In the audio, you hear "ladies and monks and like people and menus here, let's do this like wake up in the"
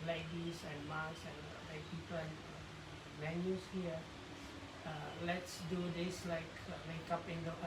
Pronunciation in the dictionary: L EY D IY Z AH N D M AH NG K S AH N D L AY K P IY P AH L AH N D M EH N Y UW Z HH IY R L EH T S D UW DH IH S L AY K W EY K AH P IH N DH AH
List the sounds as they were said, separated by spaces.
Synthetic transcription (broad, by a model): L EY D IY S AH N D M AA K S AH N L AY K P IY P AH L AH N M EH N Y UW S HH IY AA L EH T S D UW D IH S L AY K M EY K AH P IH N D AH